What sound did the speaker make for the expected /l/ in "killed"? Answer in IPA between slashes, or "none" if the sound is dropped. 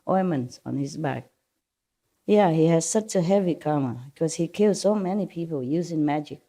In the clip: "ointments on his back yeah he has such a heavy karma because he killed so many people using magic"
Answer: /l/